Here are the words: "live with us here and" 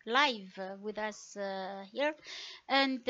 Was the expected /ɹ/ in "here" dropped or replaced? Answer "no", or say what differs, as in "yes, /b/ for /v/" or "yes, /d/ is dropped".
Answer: no